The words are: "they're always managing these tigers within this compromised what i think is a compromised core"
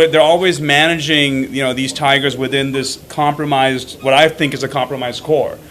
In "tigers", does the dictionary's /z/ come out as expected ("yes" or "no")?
yes